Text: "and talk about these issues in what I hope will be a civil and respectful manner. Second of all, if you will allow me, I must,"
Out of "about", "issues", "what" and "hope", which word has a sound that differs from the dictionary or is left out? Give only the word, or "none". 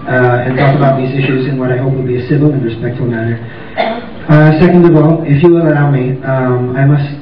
none